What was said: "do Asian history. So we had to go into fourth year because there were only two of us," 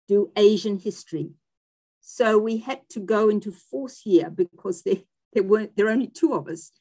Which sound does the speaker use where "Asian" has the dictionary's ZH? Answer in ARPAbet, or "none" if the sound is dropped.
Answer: ZH